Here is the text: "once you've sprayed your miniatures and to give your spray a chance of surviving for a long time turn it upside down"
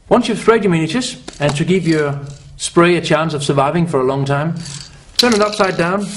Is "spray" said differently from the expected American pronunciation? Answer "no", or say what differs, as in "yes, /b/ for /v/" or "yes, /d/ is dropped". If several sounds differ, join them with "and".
no